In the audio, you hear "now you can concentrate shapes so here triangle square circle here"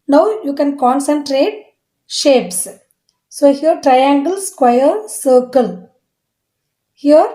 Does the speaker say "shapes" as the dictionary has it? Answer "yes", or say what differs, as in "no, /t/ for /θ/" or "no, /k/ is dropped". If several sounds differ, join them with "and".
yes